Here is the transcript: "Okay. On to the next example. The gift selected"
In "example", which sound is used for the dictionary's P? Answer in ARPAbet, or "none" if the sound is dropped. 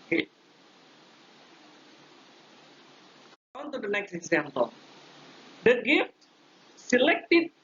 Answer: P